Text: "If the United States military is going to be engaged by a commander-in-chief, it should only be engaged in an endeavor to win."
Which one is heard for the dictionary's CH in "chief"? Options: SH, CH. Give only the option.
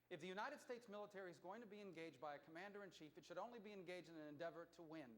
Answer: CH